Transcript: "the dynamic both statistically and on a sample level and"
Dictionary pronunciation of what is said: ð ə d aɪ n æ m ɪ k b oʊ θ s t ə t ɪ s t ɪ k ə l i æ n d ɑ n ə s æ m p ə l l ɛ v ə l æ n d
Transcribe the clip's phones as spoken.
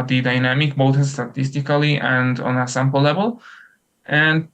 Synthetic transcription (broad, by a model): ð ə d aɪ n æ m ɪ k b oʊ t s t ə t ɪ s t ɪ k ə l i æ n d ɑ n ə s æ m p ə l l ɛ v ə l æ n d